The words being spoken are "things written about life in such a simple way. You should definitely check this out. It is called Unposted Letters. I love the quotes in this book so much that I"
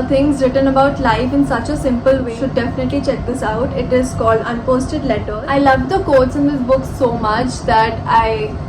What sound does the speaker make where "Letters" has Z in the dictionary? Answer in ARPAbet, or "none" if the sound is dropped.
none